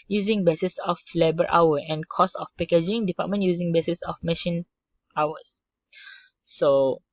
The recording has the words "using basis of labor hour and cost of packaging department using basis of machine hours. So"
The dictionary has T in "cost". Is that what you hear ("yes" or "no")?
no